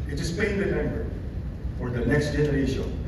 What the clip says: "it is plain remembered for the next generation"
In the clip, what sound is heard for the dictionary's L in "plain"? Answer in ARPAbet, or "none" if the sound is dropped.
none